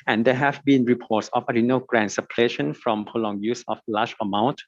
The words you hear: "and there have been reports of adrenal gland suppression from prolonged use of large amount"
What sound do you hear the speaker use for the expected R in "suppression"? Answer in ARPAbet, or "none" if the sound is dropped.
L